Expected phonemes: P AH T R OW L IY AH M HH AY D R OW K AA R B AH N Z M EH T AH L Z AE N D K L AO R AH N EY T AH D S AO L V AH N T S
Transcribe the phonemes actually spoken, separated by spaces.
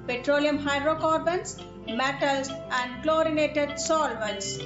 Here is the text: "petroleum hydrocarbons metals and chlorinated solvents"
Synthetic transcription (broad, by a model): P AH T R OW L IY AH M HH AY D R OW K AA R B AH N S M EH T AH L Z AE N D K L AO R AH N EY T AH D S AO L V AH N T S